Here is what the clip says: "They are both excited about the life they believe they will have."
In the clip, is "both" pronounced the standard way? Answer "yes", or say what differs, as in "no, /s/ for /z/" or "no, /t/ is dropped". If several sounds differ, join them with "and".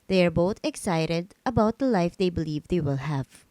no, /t/ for /θ/